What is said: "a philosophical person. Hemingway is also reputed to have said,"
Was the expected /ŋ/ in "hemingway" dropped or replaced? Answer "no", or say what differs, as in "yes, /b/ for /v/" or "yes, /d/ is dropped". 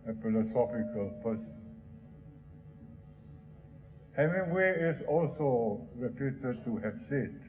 yes, /ŋ/ is dropped